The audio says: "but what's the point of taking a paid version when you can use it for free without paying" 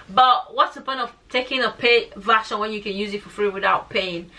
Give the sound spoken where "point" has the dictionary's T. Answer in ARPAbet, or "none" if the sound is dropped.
none